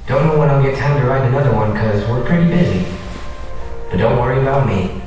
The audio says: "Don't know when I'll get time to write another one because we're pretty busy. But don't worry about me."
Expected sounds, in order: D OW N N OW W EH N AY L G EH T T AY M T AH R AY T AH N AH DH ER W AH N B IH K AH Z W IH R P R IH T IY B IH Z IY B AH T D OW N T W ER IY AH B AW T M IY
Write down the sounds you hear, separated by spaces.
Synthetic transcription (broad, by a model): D OW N N OW W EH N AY G EH T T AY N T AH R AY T AH N AH DH ER W AH N K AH Z W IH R P R IH T IY B IH Z IY B AH T D OW N T W ER IY AH B AW T M IY